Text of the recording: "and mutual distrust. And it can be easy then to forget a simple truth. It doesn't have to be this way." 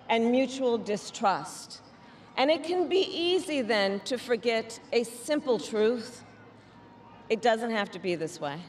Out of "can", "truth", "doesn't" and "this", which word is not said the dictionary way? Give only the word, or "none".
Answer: none